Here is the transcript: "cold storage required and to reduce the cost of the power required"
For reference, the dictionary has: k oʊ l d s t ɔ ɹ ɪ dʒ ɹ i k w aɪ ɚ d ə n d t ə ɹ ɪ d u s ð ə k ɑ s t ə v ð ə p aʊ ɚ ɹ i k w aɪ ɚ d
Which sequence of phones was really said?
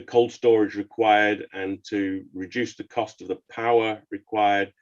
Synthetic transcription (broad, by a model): k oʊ l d s t ɔ ɹ ɪ dʒ ɹ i k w aɪ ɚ d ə n t ə ɹ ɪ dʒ u s ð ə k ɑ s t ə v ð ə p aʊ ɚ ɹ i k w aɪ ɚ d